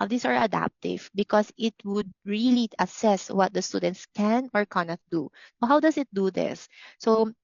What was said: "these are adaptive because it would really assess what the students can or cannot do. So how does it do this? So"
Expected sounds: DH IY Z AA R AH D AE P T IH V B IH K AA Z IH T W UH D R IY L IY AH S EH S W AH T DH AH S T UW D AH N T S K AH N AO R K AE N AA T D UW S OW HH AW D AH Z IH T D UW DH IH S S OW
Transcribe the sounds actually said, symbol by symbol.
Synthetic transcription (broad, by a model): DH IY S AA R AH D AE P T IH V B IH K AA S IH T W UH D R IY L IY AH S EH S W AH T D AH S T UW D AH N T S K AH N AO R K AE N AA T D UW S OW HH AW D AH S IH T D UW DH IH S S OW